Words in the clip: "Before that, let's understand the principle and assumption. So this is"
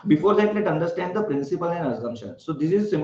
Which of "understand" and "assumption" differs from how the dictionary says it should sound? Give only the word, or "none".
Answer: assumption